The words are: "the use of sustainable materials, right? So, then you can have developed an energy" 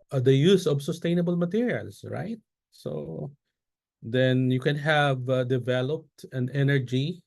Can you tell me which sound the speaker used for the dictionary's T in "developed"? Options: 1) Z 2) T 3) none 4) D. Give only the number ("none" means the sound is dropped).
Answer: 2